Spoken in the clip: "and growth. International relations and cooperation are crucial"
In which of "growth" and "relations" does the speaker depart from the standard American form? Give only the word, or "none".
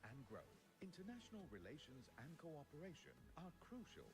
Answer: none